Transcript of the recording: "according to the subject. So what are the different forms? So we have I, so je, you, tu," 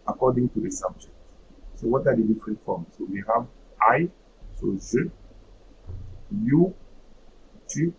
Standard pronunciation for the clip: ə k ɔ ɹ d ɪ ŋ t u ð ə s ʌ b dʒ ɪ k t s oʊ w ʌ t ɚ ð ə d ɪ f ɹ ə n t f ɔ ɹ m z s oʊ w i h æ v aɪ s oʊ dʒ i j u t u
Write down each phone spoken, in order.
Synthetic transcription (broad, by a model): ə k ɔ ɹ d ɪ ŋ t u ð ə s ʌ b dʒ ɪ k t s oʊ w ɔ t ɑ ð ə d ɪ f ɹ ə n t f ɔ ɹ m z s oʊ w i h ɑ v aɪ s oʊ z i j u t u